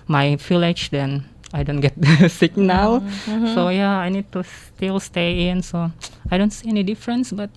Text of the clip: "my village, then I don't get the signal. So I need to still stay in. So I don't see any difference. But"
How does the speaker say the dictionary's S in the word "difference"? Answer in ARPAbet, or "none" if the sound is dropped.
S